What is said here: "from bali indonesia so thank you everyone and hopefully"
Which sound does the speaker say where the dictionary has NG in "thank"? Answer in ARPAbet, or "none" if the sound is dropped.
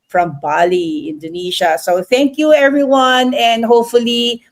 NG